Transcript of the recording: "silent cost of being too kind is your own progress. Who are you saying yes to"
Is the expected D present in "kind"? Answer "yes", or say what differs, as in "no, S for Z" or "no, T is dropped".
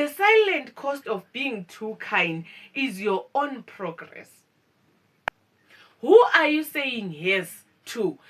yes